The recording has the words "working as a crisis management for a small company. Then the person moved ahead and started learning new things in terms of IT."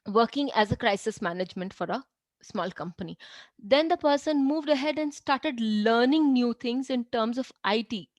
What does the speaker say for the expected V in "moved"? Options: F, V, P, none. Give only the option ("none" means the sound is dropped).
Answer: V